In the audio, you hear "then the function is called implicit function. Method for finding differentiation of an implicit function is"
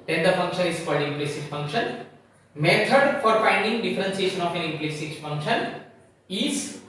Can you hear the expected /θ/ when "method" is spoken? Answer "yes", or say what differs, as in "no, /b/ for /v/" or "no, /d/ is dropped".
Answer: no, /t/ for /θ/